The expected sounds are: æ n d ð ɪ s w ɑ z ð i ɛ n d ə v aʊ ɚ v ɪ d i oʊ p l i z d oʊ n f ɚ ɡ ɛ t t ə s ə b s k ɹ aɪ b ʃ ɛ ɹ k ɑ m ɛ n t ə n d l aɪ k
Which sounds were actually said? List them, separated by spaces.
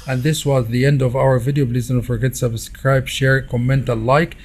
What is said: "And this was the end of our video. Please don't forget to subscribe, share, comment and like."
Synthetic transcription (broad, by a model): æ n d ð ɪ s w ɑ z ð i ɛ n d ə v aʊ ɚ v ɪ d i oʊ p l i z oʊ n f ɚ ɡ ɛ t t s ə b s k ɹ aɪ b ʃ ɛ ɹ k ɑ m ɛ n t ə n l aɪ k